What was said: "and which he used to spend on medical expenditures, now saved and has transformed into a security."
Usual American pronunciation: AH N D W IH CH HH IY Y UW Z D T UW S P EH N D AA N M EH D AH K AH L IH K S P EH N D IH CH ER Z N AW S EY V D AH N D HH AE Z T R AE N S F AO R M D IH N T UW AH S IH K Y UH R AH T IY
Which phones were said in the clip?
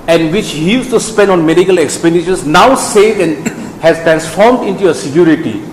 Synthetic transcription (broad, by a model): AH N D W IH CH HH IY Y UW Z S T UW S P EH N D AA N M EH D AH K AH L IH K S P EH N D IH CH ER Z N AW S EY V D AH N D HH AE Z T R AE N S F AO R M D IH N T UW AH S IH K Y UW R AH T IY